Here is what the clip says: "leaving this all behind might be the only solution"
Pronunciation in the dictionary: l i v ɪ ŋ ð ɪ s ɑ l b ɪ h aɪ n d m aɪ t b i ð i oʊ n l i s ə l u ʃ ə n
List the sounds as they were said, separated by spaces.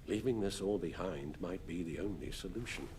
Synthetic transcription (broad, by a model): l i v ɪ ŋ ð ɪ s ɑ l b ɪ h aɪ n d m aɪ t b i ð i oʊ n l i s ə l u ʃ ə n